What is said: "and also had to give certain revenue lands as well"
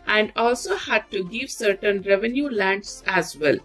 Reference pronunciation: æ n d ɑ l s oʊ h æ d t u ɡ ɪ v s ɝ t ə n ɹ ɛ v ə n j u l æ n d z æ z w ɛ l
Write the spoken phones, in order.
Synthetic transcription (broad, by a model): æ n d ɑ l s oʊ h æ d t u ɡ ɪ v s ɝ t ə n ɹ ɛ v ə n j u l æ n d s æ z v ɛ l